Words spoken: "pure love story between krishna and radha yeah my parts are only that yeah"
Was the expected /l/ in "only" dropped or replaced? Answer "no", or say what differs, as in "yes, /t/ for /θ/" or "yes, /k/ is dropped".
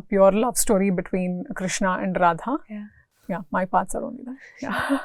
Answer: yes, /l/ is dropped